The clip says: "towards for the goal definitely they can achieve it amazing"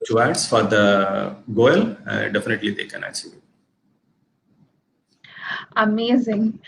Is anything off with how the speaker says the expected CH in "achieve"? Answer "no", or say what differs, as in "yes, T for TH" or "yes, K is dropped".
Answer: yes, S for CH